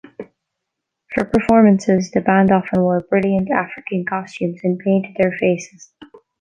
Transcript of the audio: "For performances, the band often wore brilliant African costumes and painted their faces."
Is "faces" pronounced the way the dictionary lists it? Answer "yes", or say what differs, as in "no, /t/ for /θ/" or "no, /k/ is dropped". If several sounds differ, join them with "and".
yes